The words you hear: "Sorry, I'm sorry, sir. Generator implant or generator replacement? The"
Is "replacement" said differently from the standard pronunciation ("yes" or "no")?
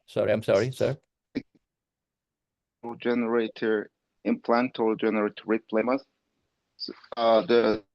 yes